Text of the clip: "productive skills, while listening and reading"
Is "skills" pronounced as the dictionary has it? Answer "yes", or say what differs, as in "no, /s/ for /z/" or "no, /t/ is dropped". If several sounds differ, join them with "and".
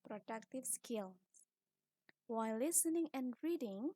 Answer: no, /z/ is dropped